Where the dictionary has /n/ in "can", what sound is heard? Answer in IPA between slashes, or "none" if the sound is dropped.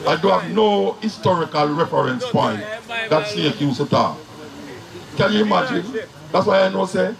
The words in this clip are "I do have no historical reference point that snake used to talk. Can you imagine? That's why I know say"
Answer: /l/